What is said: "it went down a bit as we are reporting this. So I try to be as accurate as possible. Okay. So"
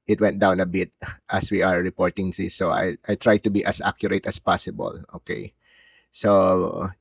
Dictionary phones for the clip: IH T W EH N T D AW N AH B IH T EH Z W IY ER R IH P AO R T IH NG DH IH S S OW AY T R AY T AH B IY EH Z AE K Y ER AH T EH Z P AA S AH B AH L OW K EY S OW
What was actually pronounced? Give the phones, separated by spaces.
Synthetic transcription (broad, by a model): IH T W EH N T D AW N AH B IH T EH S W IY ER R IH P AO R T IH NG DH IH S S OW AY T R AY T AH B IY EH S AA K Y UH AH T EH S P AA S AH B AH L OW K EY S OW